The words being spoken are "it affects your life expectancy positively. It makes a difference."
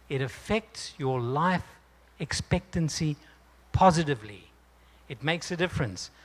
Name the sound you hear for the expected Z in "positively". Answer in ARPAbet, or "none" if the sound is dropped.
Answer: Z